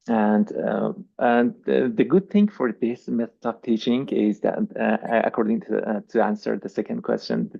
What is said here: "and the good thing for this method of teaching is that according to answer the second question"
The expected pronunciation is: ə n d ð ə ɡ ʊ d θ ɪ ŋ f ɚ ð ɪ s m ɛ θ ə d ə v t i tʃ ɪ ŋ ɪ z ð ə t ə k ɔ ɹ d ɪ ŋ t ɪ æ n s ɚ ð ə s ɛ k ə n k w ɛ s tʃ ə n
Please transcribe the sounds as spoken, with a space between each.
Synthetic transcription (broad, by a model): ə n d ð ə ɡ ʊ d θ ɪ ŋ f ɚ ð ɪ s m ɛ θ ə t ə p t i tʃ ɪ ŋ ɪ z ð ə t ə k ɔ ɹ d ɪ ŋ t ɪ æ n s ɚ ð ə s ɛ k ə n k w ɛ s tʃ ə n